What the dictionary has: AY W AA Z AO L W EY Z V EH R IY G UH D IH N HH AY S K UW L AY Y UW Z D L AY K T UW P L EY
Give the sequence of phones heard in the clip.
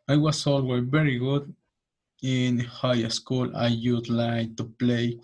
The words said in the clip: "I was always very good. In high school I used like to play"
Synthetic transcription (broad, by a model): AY W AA S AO L W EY V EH R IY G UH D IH N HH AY S K UW L AY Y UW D L AY K T UW P L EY